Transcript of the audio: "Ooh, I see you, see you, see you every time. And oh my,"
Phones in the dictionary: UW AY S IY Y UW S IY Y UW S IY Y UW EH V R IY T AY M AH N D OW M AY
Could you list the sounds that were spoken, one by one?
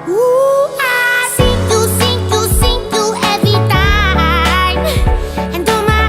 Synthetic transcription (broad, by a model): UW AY S IY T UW S IY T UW S IY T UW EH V IY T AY AH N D OW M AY